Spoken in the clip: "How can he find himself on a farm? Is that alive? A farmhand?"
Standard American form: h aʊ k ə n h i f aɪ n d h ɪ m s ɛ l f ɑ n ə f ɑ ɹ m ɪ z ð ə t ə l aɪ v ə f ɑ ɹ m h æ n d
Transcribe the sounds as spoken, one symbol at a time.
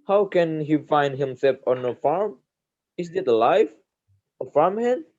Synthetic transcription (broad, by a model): h aʊ k ə n h i f aɪ n d h ɪ m s ɛ l f ɑ n ə f ɑ ɹ m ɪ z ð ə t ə l aɪ f ə f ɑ ɹ m h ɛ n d